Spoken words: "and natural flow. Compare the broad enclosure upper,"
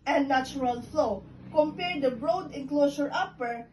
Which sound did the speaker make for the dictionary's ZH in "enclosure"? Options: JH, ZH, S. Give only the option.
S